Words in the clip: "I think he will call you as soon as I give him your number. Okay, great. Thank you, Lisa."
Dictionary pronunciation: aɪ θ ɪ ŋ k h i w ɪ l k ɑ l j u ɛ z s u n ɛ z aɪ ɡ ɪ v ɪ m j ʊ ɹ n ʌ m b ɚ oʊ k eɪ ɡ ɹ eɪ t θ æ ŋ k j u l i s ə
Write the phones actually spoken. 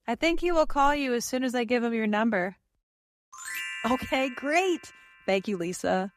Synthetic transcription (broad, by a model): aɪ θ ɪ ŋ k h i w ɪ l k ɑ l j u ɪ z s u n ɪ z aɪ ɡ ɪ v ɪ m j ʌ ɹ n ʌ m b ɚ oʊ k eɪ ɡ ɹ eɪ t θ æ ŋ k j u l i s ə